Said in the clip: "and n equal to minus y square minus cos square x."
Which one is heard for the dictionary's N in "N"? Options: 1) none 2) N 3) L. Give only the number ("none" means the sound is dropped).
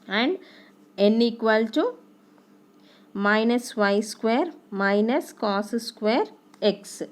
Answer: 2